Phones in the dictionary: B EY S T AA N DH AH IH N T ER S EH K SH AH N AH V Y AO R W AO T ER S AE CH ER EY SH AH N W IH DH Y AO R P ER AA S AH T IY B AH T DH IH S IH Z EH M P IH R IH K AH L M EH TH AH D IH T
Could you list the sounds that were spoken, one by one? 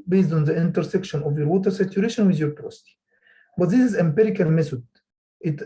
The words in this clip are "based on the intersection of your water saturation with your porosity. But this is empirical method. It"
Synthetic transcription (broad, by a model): B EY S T AA N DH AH IH N T ER S EH K SH AH N AH V Y AO R W AO T ER S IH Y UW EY SH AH N W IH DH Y AO R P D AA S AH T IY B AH T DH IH S IH Z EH M P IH R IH K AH L M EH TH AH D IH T